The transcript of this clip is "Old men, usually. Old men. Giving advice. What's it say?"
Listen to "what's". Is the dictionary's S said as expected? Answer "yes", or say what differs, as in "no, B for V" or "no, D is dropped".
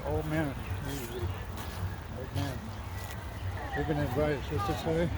no, S is dropped